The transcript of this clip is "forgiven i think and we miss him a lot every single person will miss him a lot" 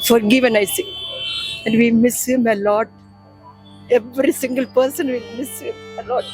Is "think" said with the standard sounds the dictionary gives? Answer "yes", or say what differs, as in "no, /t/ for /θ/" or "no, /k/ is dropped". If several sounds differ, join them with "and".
no, /s/ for /θ/